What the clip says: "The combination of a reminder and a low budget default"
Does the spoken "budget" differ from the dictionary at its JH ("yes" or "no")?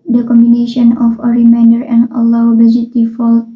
yes